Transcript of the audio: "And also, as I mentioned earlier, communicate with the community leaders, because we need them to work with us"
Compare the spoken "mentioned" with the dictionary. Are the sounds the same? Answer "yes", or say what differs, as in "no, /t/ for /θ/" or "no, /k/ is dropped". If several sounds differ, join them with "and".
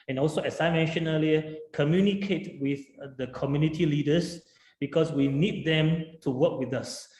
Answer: no, /d/ is dropped